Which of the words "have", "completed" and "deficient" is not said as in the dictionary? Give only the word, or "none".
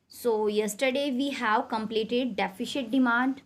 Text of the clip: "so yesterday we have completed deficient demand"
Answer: deficient